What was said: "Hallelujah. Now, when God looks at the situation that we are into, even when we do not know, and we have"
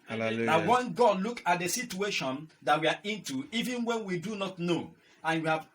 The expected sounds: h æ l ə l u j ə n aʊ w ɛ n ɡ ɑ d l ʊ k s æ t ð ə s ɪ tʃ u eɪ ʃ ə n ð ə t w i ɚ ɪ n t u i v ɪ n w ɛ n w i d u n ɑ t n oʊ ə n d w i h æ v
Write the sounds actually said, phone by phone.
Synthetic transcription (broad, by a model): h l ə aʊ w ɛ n ɡ ɑ d l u k ɑ t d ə s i tʃ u eɪ ʃ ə n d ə t w i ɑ ɪ n t u i v ɪ n w ɛ n w i d u n ɑ t n oʊ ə n w i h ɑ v